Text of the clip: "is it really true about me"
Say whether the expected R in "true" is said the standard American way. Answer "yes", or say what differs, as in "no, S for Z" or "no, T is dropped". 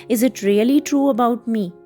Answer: yes